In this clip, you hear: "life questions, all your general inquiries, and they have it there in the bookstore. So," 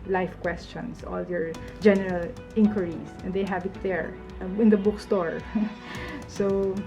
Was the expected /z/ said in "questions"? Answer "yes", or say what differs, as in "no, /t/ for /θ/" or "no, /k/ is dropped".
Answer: no, /s/ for /z/